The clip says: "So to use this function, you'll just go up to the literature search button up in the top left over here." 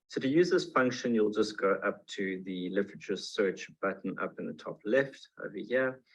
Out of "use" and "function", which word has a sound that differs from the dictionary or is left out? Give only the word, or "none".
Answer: none